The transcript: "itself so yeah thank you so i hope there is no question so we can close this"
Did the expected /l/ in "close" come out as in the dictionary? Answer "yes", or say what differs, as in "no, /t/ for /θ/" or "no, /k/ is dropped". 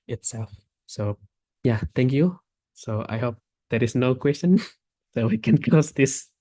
no, /l/ is dropped